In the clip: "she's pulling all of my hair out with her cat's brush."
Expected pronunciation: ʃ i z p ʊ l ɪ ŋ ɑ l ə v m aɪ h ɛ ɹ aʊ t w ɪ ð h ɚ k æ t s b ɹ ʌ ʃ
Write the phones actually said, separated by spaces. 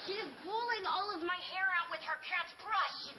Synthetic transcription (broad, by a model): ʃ i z b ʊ l ɪ ŋ ɑ l ə v m aɪ h ɛ ɹ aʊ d w ɪ ð ɚ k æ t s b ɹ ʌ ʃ